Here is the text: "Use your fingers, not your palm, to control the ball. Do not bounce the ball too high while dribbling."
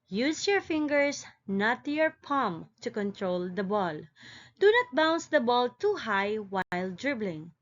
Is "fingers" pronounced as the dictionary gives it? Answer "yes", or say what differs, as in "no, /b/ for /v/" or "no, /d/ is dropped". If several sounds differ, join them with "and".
no, /s/ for /z/